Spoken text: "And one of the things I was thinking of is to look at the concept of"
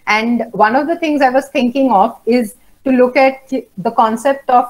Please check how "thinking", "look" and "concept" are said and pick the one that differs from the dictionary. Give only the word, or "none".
thinking